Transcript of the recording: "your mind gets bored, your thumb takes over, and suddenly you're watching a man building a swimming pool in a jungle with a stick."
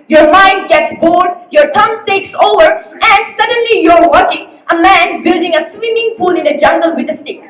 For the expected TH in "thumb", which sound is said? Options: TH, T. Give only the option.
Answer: T